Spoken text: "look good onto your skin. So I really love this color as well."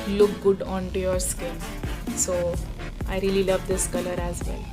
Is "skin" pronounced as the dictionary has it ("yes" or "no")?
no